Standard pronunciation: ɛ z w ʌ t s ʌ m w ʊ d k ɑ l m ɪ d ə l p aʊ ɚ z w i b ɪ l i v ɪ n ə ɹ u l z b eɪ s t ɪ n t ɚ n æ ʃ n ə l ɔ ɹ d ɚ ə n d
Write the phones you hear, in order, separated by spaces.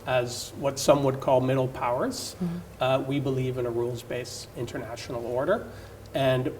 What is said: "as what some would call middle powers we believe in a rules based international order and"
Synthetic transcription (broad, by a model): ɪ z w ʌ t s ʌ m w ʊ d k ɑ l m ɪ d l p aʊ ɚ z w i b ɪ l i v ɪ n ə ɹ u l z b eɪ s ɪ n t ɚ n æ ʃ n l ɔ ɹ d ɚ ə n